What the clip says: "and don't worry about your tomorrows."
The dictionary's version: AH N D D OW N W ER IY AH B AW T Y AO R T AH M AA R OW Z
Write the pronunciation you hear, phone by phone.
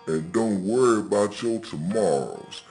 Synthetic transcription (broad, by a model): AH N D D OW N W ER IY AH B AW T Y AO L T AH M AA R OW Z